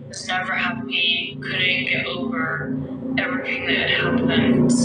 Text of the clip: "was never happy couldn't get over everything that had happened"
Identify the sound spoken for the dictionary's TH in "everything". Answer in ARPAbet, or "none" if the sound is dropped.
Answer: TH